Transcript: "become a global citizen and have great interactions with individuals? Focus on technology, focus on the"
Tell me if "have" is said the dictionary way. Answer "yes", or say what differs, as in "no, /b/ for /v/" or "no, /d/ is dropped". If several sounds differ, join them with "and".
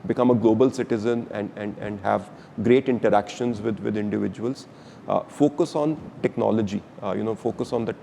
yes